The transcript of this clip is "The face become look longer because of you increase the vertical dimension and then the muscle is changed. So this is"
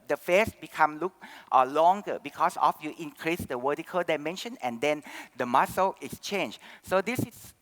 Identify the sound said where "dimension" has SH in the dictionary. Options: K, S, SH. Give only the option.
SH